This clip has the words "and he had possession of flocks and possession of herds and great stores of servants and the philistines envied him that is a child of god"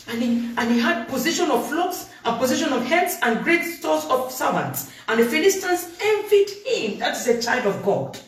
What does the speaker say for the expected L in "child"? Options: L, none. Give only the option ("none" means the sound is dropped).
L